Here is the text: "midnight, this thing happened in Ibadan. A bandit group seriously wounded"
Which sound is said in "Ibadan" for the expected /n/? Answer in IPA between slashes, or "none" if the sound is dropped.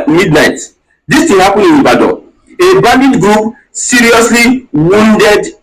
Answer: none